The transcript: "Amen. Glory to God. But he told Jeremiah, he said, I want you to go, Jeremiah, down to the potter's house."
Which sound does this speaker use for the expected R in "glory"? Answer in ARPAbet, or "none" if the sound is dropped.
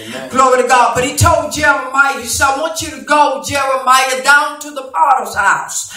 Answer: R